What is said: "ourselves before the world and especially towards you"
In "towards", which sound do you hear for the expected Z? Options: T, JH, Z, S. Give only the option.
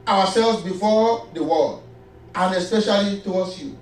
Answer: S